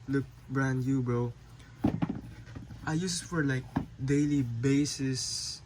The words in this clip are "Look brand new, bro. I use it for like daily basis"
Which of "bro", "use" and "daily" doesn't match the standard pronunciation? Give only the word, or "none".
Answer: none